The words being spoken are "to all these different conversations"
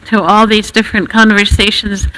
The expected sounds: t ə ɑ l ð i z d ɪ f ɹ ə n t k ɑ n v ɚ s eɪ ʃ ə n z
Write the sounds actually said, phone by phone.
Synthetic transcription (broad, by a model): t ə ɑ l ð i z d ɪ f ɹ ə n k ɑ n v ɚ s eɪ ʃ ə n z